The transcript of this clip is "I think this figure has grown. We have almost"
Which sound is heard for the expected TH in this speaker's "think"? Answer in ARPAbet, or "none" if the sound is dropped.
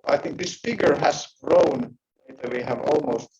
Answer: TH